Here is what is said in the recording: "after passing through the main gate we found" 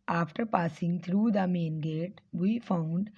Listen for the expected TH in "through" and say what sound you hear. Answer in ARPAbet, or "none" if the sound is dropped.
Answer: T